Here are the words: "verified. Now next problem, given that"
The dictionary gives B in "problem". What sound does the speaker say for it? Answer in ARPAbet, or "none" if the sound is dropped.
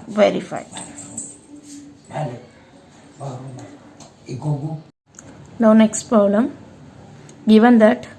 none